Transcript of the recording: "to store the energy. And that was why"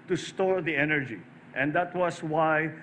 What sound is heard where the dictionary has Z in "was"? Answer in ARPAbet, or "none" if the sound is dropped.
S